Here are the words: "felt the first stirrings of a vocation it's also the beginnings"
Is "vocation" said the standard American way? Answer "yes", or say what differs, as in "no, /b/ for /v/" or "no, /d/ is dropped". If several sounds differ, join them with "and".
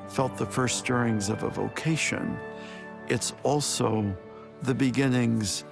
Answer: yes